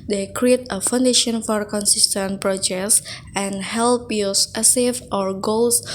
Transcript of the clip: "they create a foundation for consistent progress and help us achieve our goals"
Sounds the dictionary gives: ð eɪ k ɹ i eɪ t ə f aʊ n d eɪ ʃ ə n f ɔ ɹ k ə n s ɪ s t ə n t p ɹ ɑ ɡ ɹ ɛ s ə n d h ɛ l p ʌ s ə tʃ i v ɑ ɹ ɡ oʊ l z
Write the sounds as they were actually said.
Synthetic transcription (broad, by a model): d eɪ k ɹ i eɪ t ə f aʊ n d eɪ ʃ ə n f ɔ ɹ k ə n s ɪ s t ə n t p ɹ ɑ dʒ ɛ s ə n h ɛ l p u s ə s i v ɑ ɹ ɡ oʊ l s